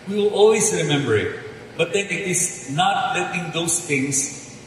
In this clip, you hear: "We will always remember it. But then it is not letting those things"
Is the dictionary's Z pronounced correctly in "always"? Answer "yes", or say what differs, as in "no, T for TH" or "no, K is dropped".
no, S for Z